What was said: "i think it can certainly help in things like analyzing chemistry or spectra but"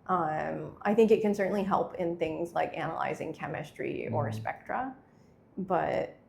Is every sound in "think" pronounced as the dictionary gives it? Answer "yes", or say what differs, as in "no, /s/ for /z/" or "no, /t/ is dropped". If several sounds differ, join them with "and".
yes